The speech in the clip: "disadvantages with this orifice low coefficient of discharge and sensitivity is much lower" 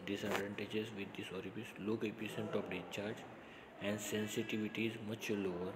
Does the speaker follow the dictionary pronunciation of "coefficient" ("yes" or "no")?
no